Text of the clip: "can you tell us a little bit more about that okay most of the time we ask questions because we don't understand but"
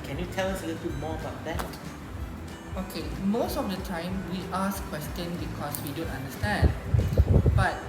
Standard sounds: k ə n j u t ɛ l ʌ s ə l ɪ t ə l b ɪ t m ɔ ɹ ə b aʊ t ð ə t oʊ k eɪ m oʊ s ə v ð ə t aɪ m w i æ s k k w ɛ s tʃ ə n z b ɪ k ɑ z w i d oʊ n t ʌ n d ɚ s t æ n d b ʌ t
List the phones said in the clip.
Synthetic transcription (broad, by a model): k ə n j u t ɛ l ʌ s ə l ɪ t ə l m ɔ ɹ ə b aʊ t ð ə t oʊ k eɪ m oʊ s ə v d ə t aɪ m w i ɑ s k k w ɛ s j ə n b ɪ k ɑ s w i d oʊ n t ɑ n d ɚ s t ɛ n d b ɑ t